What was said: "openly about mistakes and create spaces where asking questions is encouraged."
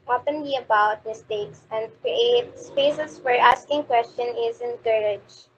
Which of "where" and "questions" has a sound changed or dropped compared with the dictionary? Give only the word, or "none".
questions